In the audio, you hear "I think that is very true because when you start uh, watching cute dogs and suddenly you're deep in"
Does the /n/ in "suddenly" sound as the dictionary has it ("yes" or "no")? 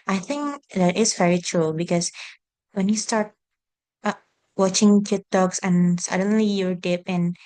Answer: yes